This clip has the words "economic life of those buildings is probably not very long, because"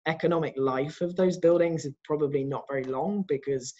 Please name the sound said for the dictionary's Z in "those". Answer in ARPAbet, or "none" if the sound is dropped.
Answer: Z